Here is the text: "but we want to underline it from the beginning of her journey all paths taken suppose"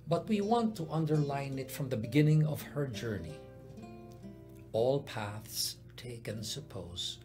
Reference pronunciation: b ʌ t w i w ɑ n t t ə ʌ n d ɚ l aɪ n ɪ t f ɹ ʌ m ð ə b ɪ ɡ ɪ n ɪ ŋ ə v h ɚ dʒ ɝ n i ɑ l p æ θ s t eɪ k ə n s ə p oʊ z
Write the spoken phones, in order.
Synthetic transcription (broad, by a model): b ʌ t w i w ɑ n t t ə ʌ n d ɚ l aɪ n ɪ t f ɹ ʌ m ð ə b ɪ ɡ ɪ n ɪ ŋ ə v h ɚ dʒ ɝ n i ɑ l p æ θ s t eɪ k ə n s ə p oʊ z